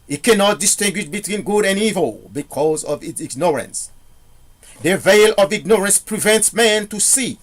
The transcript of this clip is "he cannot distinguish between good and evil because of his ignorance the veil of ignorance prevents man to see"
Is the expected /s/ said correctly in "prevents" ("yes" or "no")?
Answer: yes